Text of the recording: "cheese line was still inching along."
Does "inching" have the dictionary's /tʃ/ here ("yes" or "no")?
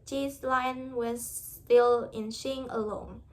no